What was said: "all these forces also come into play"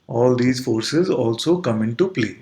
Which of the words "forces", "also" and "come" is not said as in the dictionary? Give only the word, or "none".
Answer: none